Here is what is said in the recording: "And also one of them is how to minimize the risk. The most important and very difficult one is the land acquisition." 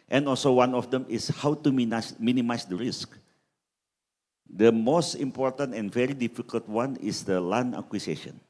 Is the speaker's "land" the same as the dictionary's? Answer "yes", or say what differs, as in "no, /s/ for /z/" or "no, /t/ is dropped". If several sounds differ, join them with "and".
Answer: no, /d/ is dropped